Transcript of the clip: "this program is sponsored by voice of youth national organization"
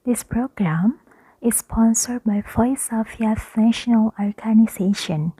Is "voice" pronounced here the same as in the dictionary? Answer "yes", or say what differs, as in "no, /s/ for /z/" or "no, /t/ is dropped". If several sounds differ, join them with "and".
no, /f/ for /v/